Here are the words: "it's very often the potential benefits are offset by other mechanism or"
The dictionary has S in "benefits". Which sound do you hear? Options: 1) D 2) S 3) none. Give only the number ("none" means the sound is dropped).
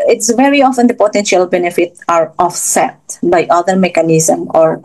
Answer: 3